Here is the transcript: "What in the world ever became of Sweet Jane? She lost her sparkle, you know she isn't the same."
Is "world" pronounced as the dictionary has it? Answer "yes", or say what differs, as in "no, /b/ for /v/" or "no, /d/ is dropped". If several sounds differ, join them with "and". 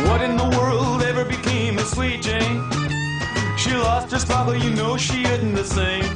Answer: yes